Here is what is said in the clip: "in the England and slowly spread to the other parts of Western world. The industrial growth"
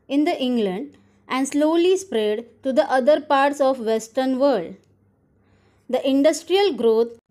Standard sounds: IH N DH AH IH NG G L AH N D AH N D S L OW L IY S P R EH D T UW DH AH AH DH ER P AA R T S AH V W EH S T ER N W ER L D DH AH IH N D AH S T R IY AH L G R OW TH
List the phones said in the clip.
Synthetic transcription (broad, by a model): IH N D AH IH NG G L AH N D AH N D S L OW L IY S P R EH D T UW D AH AH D ER P AA R T S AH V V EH S T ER N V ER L D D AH IH N D AH S T R IY AH L G R OW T